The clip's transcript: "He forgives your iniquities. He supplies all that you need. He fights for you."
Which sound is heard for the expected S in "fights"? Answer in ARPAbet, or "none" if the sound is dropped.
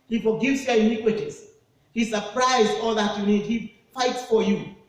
S